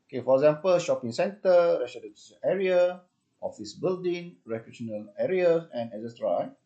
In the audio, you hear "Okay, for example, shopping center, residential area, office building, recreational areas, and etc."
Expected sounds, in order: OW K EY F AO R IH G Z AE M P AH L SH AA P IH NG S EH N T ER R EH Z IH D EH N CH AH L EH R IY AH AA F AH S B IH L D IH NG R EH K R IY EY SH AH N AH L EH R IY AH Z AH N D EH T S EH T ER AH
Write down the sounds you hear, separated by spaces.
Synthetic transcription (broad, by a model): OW K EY F AO R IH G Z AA M P AH L SH AA P IH NG S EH N T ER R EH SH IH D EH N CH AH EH R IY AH AA F AH S B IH L D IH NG R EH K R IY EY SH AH N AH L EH R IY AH S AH N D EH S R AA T